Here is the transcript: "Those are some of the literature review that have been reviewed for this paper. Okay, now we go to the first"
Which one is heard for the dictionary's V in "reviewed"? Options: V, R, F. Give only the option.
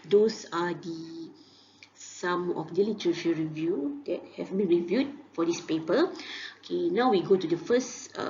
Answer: V